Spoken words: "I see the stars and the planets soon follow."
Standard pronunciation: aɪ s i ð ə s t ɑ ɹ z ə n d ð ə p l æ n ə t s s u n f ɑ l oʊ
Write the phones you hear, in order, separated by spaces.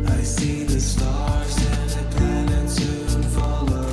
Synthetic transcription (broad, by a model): aɪ s i ð ə s t ɑ ɹ z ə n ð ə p æ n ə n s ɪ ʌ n f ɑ l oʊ